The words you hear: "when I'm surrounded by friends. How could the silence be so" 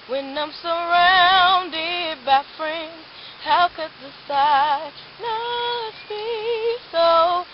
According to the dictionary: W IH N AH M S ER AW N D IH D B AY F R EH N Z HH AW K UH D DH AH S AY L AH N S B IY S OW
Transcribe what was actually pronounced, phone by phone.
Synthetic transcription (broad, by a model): W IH N AH M S ER AW N D IH D B AY F R EH N Z HH AW K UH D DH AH S AY N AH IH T B IY S OW